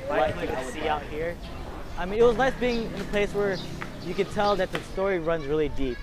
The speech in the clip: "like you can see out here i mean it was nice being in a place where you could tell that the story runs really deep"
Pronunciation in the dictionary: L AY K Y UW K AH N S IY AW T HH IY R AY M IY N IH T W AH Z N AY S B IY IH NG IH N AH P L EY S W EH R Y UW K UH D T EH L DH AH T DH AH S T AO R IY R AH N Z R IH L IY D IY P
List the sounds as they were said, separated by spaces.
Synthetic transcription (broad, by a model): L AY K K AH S S IY AW T HH IY R AY M IY N IH T W AH Z N AY S B IY IH NG IH N AH P L EY S W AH R Y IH K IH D T EH L DH AH T DH AH S T AO R IY R AH N Z R IH L IY D IY P